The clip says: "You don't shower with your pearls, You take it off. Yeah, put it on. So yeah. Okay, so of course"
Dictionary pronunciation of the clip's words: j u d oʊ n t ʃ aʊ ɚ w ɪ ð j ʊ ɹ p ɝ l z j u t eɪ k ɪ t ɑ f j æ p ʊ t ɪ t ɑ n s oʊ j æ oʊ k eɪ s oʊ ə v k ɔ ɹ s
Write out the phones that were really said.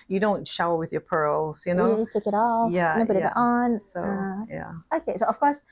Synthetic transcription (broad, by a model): j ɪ d oʊ n t ʃ aʊ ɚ w ɪ ð j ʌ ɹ p ɝ l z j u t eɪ k ɪ t ɑ f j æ b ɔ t ɪ t ɑ n s oʊ j æ oʊ k eɪ s oʊ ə f k ɔ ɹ s